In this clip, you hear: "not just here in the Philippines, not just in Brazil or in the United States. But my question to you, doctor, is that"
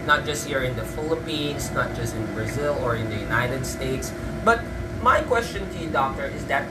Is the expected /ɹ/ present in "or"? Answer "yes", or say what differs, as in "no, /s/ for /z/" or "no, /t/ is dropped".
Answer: yes